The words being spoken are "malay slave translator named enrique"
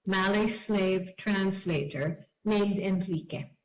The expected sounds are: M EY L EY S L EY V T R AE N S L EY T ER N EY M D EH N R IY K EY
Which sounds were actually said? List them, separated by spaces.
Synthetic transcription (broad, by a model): M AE L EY S L EY V T R AE N S L EY T ER N EY M D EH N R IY K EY